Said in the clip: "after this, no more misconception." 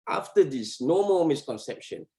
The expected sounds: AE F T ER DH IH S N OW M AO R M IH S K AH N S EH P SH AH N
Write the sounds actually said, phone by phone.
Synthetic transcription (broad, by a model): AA F T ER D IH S N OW M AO L M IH S K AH N S EH P SH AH N